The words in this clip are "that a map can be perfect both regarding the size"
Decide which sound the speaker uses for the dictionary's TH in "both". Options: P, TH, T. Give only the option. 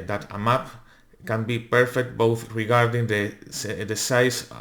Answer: TH